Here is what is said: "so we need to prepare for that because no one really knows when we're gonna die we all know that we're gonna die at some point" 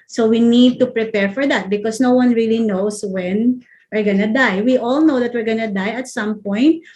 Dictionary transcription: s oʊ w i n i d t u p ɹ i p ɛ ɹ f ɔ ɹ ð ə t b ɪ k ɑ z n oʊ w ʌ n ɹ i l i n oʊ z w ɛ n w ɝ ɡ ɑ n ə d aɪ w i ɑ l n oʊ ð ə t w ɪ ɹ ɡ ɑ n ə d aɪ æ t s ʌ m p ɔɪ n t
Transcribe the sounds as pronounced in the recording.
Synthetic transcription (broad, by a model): s oʊ w i n i d t u p ɹ i p ɛ ɹ f ɔ ɹ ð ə t b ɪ k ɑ s n oʊ w ʌ n ɹ i l i n oʊ s w ɛ n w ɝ ɡ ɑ n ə d aɪ w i ɑ l n oʊ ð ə t w ɪ ɹ ɡ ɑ n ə d aɪ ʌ t s ʌ m p ɔɪ n t